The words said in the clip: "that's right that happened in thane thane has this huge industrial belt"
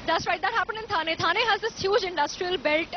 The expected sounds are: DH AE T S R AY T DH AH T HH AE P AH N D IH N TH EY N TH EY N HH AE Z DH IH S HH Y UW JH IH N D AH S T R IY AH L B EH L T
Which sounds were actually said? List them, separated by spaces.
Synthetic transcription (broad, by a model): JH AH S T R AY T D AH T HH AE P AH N IH N T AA N T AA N HH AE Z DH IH S HH Y UW JH IH N D AH S T R IY AH L B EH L T